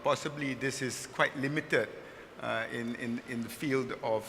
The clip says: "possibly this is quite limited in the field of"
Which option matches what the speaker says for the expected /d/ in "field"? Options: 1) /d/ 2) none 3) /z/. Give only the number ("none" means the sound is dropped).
1